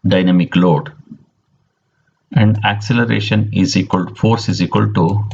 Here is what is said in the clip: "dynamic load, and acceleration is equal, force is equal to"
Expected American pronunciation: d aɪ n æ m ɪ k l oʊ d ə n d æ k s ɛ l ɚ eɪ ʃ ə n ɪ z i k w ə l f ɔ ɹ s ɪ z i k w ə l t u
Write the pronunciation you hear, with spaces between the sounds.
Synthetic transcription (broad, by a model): d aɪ n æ m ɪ k l oʊ d ə n d æ k s ɛ l ɚ eɪ ʃ ə n ɪ z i k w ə l f ɔ ɹ s ɪ z i k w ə l t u